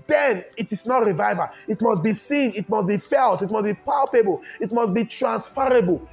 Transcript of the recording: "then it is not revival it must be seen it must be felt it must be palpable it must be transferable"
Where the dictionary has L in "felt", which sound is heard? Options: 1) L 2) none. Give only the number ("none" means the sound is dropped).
1